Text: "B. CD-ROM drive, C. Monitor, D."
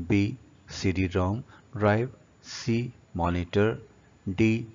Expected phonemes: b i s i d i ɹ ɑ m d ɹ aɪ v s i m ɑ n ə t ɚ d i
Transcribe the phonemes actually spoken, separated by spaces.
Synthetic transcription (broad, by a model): b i s i d i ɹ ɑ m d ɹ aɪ b s i m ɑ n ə t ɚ d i